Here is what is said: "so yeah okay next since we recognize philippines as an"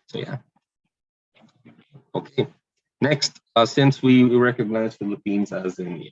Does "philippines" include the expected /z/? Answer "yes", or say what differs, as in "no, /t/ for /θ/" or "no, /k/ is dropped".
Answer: yes